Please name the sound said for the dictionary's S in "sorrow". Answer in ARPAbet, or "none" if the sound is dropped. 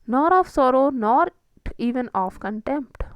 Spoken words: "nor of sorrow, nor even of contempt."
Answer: S